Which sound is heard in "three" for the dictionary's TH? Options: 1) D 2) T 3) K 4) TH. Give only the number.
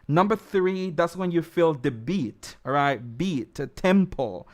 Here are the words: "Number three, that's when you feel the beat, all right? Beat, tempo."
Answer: 4